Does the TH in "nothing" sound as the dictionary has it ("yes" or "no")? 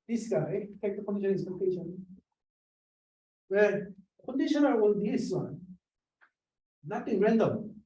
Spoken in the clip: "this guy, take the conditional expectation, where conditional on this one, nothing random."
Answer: no